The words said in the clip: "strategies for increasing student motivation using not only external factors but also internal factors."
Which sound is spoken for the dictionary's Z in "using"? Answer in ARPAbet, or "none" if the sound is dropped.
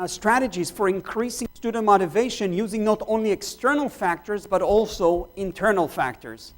Z